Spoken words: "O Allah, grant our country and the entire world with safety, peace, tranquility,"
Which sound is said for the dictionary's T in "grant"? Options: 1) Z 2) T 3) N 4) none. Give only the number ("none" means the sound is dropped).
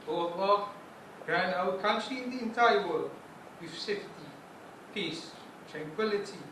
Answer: 4